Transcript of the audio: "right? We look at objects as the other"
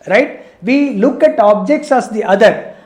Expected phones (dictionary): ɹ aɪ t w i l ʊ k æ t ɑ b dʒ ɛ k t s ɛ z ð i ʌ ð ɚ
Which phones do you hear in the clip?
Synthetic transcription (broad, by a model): ɹ aɪ t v i l ʊ k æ t ɑ b dʒ ɛ k t s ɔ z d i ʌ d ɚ